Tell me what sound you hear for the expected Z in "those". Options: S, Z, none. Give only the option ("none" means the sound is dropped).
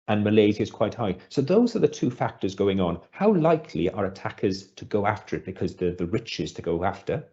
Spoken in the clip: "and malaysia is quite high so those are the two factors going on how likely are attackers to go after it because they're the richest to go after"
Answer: Z